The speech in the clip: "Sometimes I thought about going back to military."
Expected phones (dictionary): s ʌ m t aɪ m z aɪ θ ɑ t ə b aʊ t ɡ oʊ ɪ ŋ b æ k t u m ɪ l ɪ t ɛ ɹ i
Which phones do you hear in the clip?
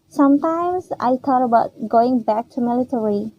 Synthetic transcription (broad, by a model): s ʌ m t aɪ m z aɪ t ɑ t ə b aʊ t ɡ oʊ ɪ ŋ b æ k t u m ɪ l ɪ t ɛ ɹ i